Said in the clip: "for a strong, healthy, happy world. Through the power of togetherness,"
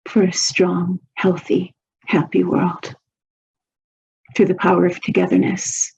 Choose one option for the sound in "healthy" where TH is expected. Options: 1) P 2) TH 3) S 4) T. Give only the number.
2